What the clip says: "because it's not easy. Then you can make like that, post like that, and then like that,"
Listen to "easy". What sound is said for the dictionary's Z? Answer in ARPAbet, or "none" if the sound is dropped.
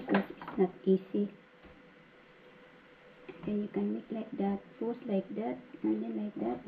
S